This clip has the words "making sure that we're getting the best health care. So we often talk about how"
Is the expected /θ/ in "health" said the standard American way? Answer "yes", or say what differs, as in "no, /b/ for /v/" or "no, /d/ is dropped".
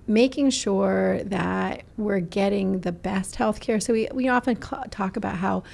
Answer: yes